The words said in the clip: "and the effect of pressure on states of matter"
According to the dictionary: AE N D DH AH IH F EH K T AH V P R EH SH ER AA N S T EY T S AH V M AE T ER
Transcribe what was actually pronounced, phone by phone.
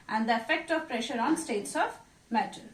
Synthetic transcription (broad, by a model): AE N D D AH IH F EH K T AH V P R EH SH ER AA N S T EY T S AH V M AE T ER